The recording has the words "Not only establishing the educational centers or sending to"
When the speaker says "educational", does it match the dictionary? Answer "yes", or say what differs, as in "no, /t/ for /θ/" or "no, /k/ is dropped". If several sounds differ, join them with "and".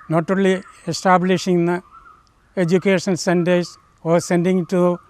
no, /n/ is dropped and /n/ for /l/